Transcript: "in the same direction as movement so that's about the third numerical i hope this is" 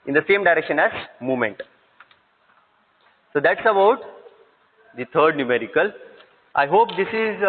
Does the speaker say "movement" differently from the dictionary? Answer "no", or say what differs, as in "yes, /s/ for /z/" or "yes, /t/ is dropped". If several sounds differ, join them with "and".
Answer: yes, /v/ is dropped